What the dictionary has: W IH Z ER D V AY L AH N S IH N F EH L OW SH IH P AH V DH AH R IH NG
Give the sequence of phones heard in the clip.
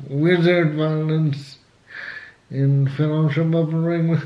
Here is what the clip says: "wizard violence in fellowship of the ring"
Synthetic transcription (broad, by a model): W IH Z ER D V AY L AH N S IH N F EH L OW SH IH B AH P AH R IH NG